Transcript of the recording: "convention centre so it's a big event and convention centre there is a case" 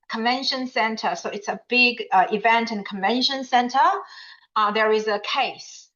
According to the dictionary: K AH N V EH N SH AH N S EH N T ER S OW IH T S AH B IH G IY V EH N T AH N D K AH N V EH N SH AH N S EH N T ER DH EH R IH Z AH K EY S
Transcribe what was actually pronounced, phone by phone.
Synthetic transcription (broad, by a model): K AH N V EH N SH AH N S EH N T ER S OW IH T S AH B IH G IY V EH N T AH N K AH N V EH N SH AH N S EH N T ER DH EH R IH Z AH K EY S